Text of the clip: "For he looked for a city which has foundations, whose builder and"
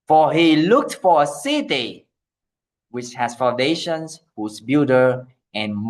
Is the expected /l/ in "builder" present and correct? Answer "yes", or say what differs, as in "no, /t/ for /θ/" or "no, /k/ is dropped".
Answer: no, /l/ is dropped